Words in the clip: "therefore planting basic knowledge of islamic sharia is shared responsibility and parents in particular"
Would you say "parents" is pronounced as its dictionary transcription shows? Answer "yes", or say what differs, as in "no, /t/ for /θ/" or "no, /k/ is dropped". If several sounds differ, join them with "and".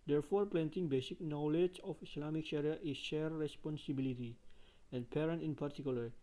no, /s/ is dropped